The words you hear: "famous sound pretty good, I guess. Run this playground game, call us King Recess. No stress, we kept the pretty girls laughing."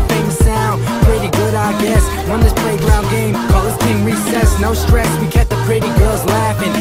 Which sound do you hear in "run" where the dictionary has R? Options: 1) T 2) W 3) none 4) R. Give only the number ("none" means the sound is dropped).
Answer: 2